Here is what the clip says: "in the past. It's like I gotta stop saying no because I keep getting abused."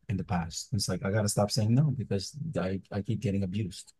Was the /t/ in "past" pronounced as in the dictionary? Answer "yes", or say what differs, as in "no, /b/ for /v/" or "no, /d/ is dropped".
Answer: yes